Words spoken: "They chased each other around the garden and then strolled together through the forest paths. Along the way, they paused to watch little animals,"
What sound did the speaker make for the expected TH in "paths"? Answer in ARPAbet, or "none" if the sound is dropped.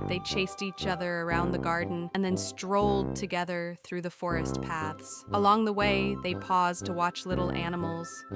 TH